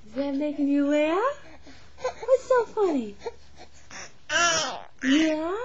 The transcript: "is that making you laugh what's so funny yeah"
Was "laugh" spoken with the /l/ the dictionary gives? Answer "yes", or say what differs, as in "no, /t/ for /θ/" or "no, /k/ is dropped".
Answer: no, /w/ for /l/